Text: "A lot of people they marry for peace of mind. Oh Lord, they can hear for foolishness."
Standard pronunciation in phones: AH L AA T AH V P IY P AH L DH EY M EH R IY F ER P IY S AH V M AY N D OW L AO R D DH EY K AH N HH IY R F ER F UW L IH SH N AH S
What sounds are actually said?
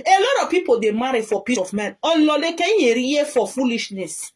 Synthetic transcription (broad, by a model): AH L AA T AH V P IY P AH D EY M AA R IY F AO P IY S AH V M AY N OW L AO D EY K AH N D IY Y F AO F UW L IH SH N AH S